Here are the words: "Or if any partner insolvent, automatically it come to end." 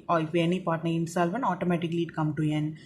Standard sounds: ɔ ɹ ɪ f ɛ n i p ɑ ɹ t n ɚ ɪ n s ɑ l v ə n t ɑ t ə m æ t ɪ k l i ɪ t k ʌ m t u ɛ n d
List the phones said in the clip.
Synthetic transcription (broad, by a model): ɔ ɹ ɪ f ɛ n i p ɑ ɹ t n ɚ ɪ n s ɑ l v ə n ɑ t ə m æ t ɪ k l i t k ʌ m t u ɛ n